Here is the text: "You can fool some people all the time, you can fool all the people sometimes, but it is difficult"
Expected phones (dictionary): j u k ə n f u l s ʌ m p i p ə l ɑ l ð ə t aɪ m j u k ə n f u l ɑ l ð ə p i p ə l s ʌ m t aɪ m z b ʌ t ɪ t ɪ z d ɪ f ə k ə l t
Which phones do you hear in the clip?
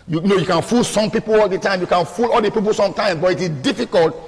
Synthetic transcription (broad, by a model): j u k ə n f u l s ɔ m p i p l ɑ l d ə t aɪ m j u k ə n f u l ɑ l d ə p i p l s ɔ m t aɪ m b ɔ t ɪ t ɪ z d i f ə k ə l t